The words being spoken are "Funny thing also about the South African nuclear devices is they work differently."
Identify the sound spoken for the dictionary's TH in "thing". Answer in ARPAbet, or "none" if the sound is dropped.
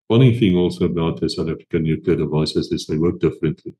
TH